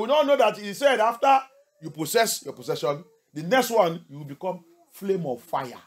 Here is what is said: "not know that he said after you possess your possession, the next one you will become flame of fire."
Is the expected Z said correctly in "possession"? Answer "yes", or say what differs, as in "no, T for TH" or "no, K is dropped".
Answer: no, S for Z